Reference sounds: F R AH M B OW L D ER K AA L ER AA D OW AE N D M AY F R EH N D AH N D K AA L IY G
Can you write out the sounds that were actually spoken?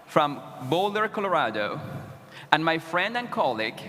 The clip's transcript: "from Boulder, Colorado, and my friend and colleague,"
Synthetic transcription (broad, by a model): F R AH M B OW L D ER K AA L ER AA D OW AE N M AY F R EH N D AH N K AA L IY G